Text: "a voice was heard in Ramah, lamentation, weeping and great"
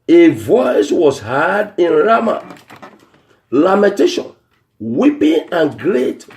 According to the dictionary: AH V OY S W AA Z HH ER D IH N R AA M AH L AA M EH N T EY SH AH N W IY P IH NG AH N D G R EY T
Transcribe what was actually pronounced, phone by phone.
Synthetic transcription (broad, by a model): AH V OY S W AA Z HH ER D IH N R AA M AH L AA M EH N T EY SH AH N W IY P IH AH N G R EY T